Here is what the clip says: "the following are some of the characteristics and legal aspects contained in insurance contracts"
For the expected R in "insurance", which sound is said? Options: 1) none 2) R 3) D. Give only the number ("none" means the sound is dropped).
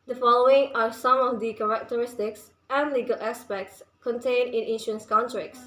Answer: 1